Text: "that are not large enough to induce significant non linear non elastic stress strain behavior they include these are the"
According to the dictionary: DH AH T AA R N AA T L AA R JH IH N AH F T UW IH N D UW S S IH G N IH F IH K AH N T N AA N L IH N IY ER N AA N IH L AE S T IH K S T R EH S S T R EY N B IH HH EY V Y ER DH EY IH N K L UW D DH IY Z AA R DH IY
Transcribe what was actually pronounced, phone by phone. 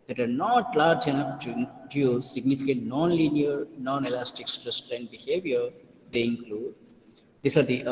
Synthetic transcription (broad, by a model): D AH T AA R N AA T L AA R JH IH N AH F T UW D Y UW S S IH G N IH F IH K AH T N AA N L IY N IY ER N AA N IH L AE S T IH K S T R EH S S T EY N B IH HH EY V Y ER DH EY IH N K L UW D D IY S AA R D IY